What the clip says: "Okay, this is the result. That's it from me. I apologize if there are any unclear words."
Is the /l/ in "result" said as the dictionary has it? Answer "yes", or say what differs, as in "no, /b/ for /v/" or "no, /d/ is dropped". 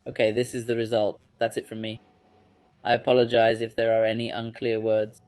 yes